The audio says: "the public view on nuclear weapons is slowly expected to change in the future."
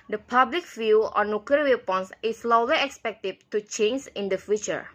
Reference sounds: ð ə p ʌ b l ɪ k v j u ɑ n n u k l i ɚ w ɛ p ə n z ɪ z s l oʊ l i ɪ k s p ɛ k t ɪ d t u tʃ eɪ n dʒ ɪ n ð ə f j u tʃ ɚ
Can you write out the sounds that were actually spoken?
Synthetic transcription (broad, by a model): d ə p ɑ b l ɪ k f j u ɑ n n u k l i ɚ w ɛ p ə n s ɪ s l oʊ l i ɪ k s p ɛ k t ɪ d t u tʃ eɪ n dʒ ɪ n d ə f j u tʃ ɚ